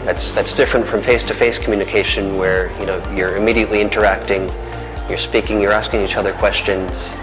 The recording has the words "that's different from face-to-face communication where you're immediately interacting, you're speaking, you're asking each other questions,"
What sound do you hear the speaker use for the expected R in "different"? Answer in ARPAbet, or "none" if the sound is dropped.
R